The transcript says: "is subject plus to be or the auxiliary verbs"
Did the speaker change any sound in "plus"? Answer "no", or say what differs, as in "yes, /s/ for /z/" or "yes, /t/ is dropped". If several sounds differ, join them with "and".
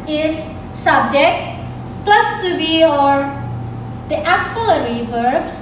no